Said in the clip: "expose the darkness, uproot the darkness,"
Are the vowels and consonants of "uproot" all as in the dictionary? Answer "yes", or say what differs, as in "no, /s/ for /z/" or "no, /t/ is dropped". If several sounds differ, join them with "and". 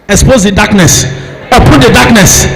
no, /ɹ/ is dropped